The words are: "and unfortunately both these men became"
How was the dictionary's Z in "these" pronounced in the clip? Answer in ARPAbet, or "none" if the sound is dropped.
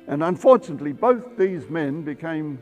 Z